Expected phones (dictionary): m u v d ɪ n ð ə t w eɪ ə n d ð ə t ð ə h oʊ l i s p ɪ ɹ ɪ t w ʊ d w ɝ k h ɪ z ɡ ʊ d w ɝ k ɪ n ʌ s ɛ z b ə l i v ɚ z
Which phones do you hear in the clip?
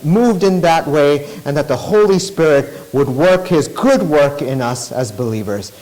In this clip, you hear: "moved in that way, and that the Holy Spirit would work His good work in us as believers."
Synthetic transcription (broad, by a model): m u v d ɪ n ð ə t w eɪ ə n ð ə t ð ə h oʊ l i s p ɪ ɹ ɪ t w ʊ d w ɝ k h ɪ z ɡ ʊ d w ɝ k ɪ n ʌ s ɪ z b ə l i v ɚ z